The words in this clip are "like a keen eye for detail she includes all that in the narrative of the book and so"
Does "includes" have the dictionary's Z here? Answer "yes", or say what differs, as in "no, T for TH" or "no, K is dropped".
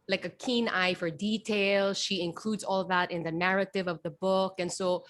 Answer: yes